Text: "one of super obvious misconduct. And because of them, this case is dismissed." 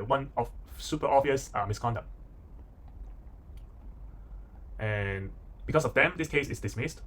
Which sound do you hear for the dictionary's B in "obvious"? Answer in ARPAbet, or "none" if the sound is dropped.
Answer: none